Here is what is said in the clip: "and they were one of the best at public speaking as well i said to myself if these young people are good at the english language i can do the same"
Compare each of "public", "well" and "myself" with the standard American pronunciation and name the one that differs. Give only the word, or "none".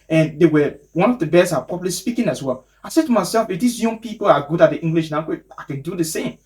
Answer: public